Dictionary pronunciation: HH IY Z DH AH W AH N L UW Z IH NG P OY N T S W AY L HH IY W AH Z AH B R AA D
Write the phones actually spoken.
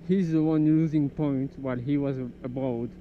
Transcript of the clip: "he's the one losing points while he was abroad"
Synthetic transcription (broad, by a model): HH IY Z DH AH W AH N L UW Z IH NG P OY N T W AY L HH IY W AH Z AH B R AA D